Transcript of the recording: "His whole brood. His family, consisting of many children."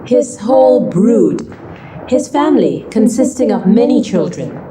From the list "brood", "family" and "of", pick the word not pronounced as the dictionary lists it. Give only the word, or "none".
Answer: none